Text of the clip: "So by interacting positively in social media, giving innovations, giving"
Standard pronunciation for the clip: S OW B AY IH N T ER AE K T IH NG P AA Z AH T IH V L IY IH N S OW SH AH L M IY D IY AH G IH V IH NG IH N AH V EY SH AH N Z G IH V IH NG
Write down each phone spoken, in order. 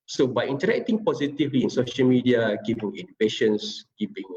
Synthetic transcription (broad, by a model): S OW B AY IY N T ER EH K T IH NG P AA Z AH T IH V L IY IH N S OW SH AH L M IY D IY AH G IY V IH NG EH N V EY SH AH N S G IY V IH NG